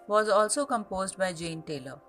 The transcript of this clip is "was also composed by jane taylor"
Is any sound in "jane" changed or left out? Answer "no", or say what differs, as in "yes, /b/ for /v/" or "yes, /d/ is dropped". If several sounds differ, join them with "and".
no